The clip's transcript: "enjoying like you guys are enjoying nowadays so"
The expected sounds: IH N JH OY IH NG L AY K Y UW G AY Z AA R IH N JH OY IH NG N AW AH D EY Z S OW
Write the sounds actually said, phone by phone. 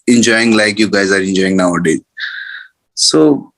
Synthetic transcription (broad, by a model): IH N JH OY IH NG L AY K Y UW G AY Z AA R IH N JH OY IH NG N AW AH D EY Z S OW